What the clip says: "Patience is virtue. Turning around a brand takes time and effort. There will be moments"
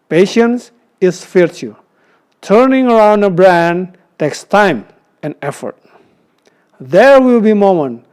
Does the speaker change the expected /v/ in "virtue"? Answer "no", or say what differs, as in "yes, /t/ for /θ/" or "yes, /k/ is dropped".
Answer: yes, /f/ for /v/